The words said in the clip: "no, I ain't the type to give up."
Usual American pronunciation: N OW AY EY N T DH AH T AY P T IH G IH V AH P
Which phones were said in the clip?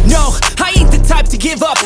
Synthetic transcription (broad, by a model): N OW AY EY T DH AH T AY P T IH G IH V AH P